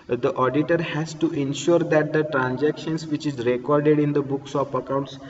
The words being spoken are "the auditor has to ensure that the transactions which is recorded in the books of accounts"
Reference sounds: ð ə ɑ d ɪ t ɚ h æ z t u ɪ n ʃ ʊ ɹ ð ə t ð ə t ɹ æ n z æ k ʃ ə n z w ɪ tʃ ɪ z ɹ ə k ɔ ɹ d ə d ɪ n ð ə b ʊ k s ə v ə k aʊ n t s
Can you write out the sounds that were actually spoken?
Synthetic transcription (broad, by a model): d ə ɑ d ɪ t ɚ h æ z t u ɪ n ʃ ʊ ɹ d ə t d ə t ɹ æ n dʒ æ k ʃ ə n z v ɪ tʃ ɪ z ɹ ə k ɔ ɹ d ə d ɪ n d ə b ʊ k s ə p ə k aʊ n t s